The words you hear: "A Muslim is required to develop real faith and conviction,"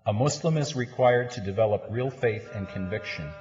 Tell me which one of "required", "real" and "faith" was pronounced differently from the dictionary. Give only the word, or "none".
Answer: none